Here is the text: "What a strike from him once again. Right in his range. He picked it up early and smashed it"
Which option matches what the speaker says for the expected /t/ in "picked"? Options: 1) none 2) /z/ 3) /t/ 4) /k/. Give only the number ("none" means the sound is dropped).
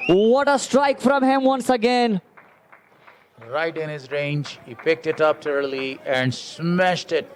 3